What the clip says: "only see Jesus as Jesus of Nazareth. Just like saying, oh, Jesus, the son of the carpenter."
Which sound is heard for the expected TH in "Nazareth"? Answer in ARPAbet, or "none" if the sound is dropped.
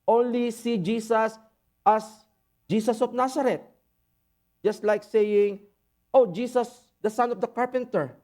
T